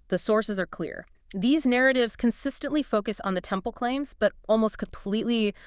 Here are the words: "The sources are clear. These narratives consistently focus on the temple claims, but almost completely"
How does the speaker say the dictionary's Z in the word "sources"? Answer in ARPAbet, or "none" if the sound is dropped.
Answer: Z